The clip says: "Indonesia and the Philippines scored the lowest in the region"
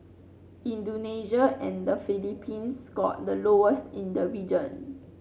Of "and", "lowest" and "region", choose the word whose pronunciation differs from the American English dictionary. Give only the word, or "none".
none